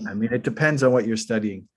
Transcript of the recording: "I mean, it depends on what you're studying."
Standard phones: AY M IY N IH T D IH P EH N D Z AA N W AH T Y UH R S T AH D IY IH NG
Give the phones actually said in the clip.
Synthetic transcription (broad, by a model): AY M IY N IH T D IH P EH N D Z N W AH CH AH R S T AH D IY IH NG